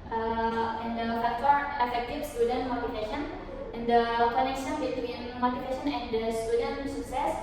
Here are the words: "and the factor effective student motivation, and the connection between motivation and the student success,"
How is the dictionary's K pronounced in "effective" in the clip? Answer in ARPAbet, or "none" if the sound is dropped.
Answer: none